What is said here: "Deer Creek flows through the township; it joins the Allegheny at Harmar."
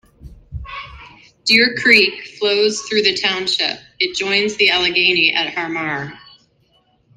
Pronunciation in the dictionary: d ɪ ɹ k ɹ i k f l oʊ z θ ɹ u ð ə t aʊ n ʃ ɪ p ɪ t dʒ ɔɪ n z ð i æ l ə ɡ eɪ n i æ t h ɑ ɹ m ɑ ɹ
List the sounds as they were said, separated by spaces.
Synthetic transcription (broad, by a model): d ɪ ɹ k ɹ i k f l oʊ z θ ɹ u ð ə t aʊ n ʃ ɪ p ɪ t dʒ ɔɪ n z ð i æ l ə ɡ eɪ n i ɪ t h ɑ ɹ m ɑ ɹ